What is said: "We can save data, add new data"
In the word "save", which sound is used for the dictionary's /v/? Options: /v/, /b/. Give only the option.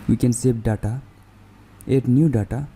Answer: /b/